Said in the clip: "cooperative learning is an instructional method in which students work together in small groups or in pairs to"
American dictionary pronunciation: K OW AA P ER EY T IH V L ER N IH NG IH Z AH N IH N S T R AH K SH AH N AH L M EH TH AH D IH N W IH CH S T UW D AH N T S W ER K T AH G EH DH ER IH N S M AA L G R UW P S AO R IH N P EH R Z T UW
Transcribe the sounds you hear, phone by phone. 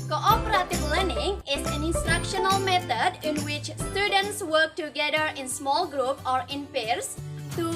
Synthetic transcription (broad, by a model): K OW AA P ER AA T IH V L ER N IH NG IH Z AH N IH N S T R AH K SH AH N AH L M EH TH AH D IH N W IH CH S T UW D AH N T S W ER K T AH G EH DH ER IH N S M AA L G R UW P AO R IH N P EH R S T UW